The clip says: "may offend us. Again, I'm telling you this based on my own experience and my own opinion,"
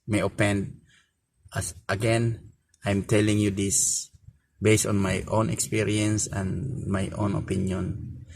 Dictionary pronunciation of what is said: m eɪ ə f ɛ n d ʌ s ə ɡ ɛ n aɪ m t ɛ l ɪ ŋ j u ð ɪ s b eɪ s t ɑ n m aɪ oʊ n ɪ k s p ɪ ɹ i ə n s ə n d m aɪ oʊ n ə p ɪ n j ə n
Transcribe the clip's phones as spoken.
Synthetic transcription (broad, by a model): m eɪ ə p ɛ n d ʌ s ə ɡ ɛ n aɪ m t ɛ l ɪ ŋ j u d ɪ s b eɪ s t ɑ n m aɪ oʊ n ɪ k s p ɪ ɹ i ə n s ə n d m aɪ oʊ n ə p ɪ n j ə n